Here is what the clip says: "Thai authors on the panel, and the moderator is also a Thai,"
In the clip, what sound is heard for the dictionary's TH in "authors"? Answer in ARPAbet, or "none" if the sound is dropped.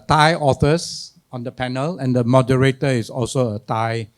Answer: F